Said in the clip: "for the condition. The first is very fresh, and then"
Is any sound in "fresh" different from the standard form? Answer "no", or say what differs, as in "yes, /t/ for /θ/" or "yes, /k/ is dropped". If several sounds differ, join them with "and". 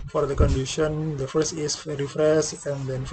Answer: yes, /s/ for /ʃ/